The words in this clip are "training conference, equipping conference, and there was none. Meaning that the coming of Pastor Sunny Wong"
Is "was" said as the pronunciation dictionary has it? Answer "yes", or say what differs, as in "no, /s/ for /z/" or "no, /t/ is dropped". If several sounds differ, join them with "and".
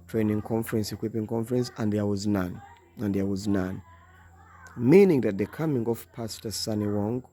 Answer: yes